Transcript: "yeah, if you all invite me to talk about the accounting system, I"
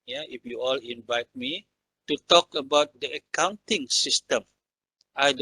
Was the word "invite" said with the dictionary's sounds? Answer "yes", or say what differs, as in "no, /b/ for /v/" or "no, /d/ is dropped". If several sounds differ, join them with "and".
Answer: yes